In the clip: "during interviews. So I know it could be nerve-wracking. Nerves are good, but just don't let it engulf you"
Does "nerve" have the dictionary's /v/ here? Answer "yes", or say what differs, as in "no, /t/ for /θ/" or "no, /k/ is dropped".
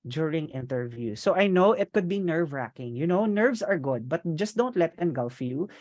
yes